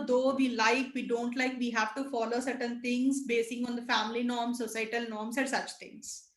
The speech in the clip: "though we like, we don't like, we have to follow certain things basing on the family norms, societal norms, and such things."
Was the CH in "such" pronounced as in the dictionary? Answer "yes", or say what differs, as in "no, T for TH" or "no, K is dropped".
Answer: yes